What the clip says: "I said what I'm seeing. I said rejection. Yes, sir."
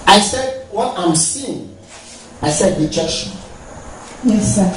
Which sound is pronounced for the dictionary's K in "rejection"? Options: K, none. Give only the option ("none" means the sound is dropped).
none